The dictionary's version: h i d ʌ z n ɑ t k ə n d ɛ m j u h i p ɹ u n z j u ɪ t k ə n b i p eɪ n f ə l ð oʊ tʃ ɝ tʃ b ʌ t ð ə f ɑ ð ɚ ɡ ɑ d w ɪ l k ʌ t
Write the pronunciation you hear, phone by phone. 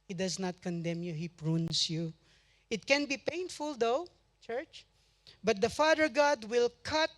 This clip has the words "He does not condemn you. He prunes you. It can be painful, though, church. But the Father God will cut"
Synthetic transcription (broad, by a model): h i d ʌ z n ɑ t k ə n d ɛ m j u h i p ɹ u n s j u ɪ t k ə n b i p eɪ n f ə l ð oʊ tʃ ɝ tʃ b ʌ t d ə f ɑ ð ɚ ɡ ɑ d w ɪ l k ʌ t